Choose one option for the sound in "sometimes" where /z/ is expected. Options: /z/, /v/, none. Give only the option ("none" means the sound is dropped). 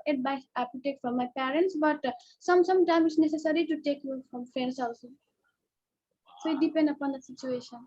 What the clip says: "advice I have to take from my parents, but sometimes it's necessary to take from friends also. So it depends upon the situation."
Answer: none